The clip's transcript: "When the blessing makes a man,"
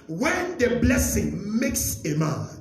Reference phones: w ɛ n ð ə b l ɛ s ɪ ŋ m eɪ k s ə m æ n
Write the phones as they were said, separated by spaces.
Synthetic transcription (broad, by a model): w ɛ n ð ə b l ɛ s ɪ ŋ m eɪ k s ə m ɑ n